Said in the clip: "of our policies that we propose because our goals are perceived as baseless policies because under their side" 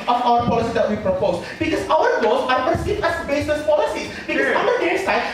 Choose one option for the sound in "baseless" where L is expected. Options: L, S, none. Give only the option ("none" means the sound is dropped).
none